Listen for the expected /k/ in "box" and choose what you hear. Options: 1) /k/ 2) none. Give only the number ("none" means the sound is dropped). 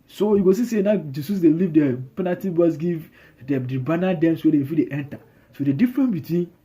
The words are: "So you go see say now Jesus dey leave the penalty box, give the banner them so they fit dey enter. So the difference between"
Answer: 2